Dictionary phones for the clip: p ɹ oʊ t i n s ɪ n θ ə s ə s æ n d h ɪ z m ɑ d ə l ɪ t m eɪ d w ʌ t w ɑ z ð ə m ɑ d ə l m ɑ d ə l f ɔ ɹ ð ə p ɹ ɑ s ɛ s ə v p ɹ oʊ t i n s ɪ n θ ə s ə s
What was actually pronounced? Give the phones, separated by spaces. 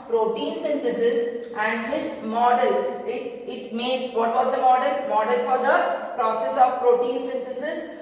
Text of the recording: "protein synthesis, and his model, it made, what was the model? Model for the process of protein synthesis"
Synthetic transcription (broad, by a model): p ɹ oʊ t i n s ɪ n t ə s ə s æ n d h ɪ s m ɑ d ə l ɪ t m eɪ d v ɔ t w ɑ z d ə m ɑ d ə l m ɑ d ə l f ɔ ɹ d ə p ɹ ɑ s ɛ s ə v p ɹ oʊ t i n s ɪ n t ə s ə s